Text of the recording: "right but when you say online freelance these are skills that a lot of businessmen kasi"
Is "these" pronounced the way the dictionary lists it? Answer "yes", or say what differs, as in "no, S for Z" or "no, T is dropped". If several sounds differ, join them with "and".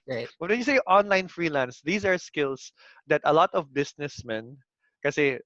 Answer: no, S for Z